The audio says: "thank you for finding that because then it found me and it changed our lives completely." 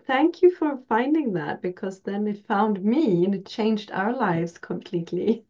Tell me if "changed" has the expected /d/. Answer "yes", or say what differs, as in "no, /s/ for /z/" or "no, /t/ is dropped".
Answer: yes